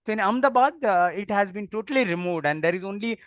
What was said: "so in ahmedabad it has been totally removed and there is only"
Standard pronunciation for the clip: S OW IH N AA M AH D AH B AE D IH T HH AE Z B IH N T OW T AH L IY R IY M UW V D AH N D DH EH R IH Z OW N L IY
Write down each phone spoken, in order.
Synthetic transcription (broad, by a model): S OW IH N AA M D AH B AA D IH T HH AE Z B IH N T OW T AH L IY R IY M UW V D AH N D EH R IH Z OW N L IY